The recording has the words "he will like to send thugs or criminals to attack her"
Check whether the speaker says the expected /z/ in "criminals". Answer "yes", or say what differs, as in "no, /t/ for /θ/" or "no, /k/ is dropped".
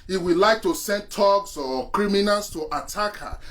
no, /s/ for /z/